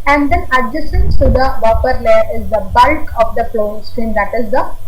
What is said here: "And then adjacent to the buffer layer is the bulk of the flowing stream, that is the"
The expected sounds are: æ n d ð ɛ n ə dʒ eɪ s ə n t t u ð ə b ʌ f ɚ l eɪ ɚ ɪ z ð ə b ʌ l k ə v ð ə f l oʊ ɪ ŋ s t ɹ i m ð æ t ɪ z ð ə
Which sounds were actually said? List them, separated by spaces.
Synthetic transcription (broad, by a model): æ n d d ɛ n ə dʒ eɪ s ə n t t u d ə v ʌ p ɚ l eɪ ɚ ɪ z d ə b ʌ l k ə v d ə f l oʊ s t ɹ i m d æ t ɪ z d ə